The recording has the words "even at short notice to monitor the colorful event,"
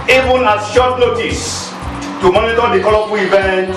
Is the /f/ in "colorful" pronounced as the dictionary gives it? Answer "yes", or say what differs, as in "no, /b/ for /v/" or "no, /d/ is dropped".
no, /p/ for /f/